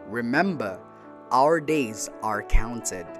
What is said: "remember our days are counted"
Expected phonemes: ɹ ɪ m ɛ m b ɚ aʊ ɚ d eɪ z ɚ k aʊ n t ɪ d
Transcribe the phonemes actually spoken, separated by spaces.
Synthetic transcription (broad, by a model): ɹ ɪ m ɛ m b ɚ aʊ ɚ d eɪ z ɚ k aʊ n t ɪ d